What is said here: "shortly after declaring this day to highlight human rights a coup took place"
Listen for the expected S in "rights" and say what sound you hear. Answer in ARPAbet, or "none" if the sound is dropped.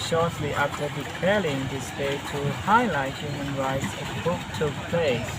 S